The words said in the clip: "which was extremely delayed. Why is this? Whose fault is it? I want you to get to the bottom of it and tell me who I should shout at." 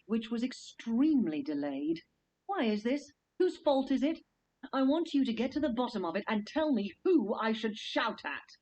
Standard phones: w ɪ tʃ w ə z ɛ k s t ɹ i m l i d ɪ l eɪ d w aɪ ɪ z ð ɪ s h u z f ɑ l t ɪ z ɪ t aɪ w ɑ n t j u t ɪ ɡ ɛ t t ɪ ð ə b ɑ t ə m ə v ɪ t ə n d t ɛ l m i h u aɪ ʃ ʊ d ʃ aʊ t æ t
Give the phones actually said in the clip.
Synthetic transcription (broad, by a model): w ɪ tʃ w ə z ɛ k s t ɹ i m l i d ɪ l eɪ d w aɪ ɪ z ð ɪ s h u z f ɑ l t ɪ z ɪ t aɪ w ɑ n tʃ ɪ t ɪ ɡ ɛ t t ɪ ð ə b ɑ t ə m ə v ɪ t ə n t ɛ l m i h u aɪ ʃ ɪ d ʃ aʊ t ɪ t